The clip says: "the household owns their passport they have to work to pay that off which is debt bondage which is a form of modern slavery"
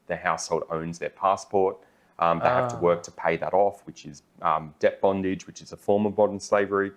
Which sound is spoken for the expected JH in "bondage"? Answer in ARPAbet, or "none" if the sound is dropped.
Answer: JH